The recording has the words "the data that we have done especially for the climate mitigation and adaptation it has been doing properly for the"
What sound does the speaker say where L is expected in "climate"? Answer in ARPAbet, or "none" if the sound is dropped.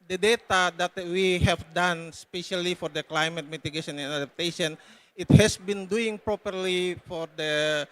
L